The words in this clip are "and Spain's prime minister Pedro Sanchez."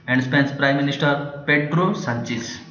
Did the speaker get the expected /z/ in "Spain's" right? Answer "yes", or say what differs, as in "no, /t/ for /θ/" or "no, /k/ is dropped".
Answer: no, /s/ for /z/